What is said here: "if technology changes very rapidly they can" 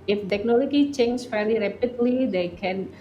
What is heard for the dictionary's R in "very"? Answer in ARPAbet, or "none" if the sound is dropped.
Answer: L